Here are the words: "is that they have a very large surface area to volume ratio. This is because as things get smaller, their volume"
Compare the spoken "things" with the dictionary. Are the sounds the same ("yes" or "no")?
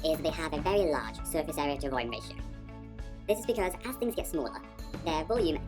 yes